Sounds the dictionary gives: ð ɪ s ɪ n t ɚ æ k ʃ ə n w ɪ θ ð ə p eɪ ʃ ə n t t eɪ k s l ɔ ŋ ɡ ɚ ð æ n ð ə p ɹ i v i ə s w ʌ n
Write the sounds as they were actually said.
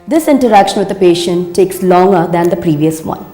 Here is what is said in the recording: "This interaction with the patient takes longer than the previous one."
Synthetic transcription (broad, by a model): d ɪ s ɪ n t ɚ æ k ʃ ə n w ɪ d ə p eɪ ʃ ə n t t eɪ k s l ɔ ŋ ɡ ɚ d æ n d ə p ɹ i v i ə s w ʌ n